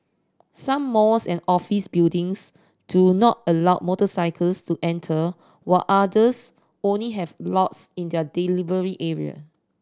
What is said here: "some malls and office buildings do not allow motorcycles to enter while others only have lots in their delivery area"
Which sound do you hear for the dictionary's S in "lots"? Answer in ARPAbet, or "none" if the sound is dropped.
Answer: S